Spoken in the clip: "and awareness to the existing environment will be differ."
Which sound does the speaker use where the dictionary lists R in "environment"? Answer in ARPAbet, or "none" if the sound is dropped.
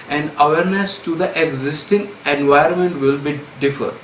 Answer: none